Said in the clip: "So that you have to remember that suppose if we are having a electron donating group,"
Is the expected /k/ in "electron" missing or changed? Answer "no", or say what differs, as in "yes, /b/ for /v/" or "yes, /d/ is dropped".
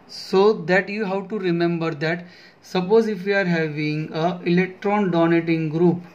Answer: no